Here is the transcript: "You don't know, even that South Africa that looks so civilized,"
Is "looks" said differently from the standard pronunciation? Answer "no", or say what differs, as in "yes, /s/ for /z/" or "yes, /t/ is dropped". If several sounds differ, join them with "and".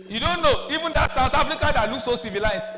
yes, /n/ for /l/